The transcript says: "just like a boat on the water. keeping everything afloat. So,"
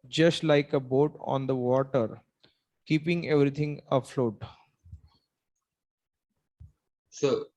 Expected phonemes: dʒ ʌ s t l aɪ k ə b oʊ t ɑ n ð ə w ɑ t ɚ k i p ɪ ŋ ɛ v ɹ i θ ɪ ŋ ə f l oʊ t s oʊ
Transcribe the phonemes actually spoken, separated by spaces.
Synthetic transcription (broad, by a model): dʒ ʌ s t l aɪ k ə b oʊ t ɑ n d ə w ɑ t ɚ k i p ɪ ŋ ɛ v ɹ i t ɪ ŋ ə f l oʊ t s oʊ